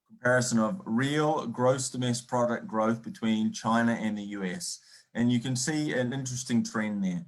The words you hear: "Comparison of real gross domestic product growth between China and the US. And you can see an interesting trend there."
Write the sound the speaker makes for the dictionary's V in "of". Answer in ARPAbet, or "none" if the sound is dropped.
V